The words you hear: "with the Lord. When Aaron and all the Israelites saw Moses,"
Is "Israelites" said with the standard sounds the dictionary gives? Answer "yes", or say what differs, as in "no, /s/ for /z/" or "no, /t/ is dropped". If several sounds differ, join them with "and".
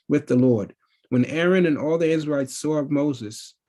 no, /l/ is dropped